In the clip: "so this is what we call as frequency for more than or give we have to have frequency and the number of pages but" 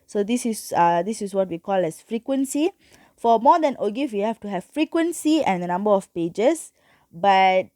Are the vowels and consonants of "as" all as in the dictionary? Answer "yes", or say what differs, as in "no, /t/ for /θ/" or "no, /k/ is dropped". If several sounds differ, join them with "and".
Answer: no, /s/ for /z/